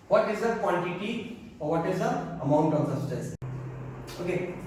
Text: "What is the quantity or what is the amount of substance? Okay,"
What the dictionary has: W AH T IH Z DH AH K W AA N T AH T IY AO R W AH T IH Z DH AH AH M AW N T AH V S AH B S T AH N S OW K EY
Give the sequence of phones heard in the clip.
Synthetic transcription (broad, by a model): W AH T IH Z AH K W AA N T AH T IY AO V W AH T IH Z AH AH M AW N T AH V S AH S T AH S OW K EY